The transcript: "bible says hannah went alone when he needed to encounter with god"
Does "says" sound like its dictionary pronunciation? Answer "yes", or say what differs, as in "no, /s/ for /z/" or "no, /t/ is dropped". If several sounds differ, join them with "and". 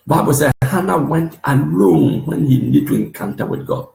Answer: no, /z/ is dropped